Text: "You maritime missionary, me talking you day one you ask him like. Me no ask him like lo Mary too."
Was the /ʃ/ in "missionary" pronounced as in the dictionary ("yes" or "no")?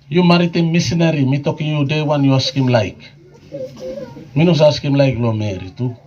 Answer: no